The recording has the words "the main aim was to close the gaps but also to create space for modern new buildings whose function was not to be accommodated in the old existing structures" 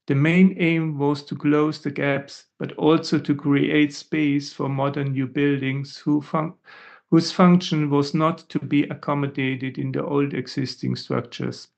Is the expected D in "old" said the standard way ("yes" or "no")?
yes